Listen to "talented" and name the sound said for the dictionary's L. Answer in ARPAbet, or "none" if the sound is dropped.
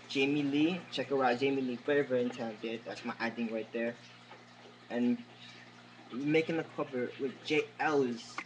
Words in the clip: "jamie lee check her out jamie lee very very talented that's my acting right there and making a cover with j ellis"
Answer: none